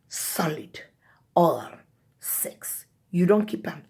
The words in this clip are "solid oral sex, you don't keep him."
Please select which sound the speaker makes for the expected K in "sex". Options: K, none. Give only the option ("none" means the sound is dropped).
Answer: K